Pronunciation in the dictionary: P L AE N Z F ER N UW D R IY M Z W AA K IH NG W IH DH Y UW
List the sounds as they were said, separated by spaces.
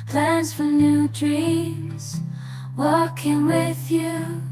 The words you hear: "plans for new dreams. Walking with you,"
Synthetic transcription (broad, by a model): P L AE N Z F ER N UW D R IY Z W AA K IH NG W IH DH Y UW